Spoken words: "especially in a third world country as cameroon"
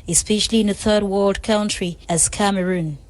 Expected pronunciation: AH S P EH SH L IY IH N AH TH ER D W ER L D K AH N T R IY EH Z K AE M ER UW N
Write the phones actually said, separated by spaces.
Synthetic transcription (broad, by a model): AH S P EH SH L IY IH N AH TH ER D W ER L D K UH N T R IY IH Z K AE M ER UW N